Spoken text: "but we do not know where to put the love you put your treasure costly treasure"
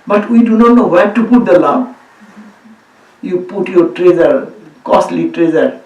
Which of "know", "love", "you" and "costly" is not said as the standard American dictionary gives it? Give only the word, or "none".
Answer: love